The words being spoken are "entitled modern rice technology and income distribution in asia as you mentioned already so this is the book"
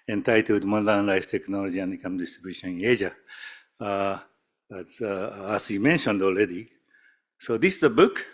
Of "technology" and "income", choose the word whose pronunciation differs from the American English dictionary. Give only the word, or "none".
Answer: income